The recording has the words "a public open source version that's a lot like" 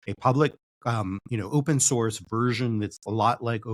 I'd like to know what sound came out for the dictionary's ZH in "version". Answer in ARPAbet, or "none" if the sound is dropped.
ZH